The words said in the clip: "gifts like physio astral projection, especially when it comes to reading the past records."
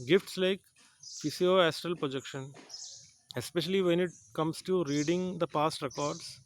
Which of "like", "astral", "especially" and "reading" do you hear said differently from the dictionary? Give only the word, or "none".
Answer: none